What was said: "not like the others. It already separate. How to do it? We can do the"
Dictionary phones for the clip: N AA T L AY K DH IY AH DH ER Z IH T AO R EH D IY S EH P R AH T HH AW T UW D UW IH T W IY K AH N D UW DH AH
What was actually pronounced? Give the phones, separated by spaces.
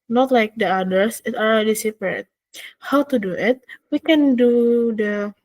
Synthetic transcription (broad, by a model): N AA T L AY K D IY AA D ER S IH T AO L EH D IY S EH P R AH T HH AW T UW D UW IH T W IY K AH N D UW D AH